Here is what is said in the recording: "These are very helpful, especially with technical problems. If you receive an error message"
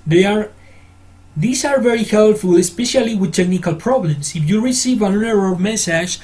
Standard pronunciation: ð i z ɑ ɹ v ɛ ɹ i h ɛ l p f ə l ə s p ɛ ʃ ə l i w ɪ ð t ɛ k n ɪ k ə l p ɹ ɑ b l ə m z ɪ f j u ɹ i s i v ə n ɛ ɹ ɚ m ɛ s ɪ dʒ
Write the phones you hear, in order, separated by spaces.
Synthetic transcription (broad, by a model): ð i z ɑ ɹ v ɛ ɹ i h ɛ l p f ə l ə s p ɛ ʃ ə l i w ɪ ð t ɛ k n ɪ k ə l p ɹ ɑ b l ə m s ɪ f j u ɹ i s i v ə n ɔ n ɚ m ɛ s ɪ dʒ